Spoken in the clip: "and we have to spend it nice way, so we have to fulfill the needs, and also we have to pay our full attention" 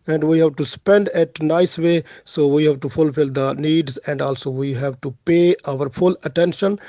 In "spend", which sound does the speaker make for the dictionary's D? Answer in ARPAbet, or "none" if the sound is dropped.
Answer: D